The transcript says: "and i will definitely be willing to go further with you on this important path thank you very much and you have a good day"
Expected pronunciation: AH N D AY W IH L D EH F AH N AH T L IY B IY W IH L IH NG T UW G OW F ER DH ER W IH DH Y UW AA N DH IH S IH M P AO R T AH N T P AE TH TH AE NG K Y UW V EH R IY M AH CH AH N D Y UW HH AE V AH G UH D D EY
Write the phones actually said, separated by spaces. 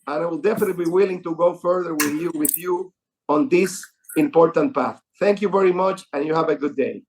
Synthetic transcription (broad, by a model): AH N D AY W IH L D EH F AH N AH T B IY W IH L IH NG T UW G OW F ER DH ER W IH DH Y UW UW N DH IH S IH M P AO R T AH N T P AE TH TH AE NG K Y UW V EH R IY M AH CH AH N Y UW HH AE V AH G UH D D EY